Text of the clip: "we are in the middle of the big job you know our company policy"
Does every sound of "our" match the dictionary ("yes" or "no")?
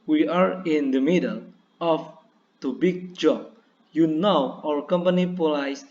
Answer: no